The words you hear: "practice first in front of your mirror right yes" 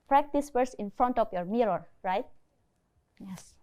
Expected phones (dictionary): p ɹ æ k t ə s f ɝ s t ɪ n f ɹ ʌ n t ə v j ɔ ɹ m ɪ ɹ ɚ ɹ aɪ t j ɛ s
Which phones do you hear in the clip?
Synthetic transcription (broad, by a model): p ɹ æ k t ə s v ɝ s ɪ n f ɹ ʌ n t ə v j ɔ ɹ m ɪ ɹ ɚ ɹ aɪ t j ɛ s